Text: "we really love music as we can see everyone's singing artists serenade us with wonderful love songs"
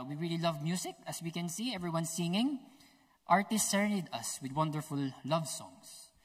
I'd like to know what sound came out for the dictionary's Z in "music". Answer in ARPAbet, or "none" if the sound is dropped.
S